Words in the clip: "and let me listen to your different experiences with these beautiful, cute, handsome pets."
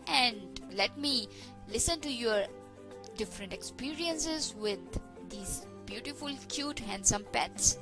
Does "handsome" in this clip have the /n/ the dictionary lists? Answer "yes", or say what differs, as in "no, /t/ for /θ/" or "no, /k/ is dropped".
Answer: yes